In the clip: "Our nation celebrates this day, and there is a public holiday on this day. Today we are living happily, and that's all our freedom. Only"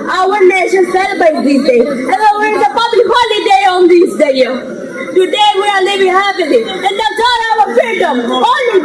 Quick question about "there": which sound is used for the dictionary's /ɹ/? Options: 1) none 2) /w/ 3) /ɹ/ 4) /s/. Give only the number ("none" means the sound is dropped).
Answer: 2